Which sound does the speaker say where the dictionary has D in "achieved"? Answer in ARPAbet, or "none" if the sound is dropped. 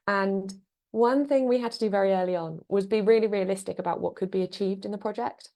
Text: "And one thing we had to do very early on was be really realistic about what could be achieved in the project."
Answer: D